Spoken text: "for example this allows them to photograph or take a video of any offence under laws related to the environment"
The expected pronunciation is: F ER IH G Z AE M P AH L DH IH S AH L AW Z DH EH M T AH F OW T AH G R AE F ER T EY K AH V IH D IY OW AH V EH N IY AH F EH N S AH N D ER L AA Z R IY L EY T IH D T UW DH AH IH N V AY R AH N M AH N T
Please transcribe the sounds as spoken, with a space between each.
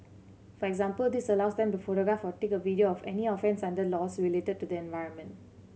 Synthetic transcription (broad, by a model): F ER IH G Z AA M P AH L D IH S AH L AW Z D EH M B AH F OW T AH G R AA F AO T EY K AH V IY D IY OW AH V EH N IY AH F EH N S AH N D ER L AA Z R IY L EY T IH D T UW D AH IH N V AY R AH N M AH N T